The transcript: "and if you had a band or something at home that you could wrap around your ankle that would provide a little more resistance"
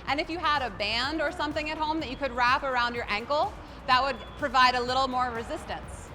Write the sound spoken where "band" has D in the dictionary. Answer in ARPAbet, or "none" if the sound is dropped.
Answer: D